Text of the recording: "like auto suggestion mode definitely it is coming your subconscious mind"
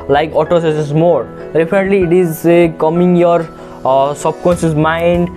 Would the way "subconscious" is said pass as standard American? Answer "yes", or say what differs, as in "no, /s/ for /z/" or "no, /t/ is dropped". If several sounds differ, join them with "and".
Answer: no, /s/ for /ʃ/